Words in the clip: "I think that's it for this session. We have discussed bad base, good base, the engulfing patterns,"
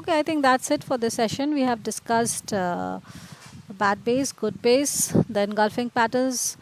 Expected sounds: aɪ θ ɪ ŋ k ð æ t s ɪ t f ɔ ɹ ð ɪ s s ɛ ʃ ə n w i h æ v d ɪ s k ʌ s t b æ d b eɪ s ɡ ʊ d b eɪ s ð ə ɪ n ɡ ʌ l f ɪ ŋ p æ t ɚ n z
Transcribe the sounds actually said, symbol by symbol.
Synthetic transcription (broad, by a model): aɪ t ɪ ŋ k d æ t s ɪ t f ɔ ɹ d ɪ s s ɛ ʃ ə n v i h æ v d ɪ s k ʌ s t b æ d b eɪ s ɡ ʊ d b eɪ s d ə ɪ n ɡ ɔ l f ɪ ŋ p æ t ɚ n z